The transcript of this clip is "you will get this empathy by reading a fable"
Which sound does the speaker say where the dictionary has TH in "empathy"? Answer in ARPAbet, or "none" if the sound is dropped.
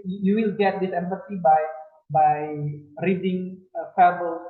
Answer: S